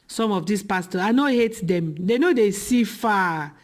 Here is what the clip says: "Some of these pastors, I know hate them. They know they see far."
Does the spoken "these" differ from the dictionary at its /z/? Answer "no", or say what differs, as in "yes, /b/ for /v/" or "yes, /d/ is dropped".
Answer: yes, /s/ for /z/